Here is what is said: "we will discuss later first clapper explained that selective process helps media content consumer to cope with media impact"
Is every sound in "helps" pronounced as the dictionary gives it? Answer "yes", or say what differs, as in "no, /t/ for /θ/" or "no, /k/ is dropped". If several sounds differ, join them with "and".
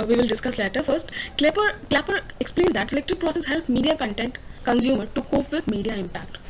no, /s/ is dropped